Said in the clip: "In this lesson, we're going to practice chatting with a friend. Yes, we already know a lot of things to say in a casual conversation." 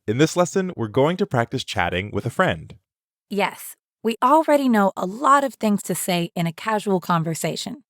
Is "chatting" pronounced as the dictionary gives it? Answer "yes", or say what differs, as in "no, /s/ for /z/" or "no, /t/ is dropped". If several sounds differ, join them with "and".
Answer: yes